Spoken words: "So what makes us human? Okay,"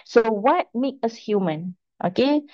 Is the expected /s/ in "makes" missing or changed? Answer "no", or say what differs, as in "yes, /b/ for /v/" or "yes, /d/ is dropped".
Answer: yes, /s/ is dropped